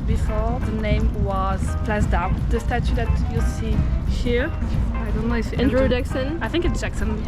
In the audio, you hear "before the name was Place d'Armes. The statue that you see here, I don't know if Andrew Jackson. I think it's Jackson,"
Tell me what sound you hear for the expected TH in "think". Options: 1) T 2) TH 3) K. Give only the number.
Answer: 2